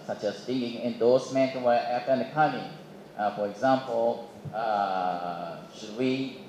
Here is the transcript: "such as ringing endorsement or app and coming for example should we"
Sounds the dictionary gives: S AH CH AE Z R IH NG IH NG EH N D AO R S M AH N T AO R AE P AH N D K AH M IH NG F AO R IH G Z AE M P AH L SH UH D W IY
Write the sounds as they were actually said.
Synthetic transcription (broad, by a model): S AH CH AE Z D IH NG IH NG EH N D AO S M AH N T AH W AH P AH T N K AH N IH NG F AO R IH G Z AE M P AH L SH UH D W IY